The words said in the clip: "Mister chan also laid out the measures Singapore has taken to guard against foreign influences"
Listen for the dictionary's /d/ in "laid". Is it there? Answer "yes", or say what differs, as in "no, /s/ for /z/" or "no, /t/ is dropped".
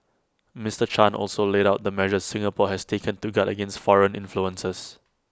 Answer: yes